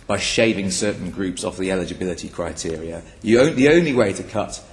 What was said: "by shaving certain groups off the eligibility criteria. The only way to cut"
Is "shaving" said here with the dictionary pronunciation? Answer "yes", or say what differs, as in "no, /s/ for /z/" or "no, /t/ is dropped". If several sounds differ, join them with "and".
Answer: yes